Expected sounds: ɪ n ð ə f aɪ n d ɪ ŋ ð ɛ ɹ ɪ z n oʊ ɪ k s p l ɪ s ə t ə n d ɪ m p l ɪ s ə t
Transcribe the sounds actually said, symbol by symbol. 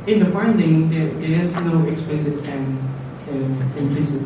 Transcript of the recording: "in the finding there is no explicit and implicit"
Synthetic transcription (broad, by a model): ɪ n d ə f aɪ n d ɪ ŋ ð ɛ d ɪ s n oʊ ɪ k s p l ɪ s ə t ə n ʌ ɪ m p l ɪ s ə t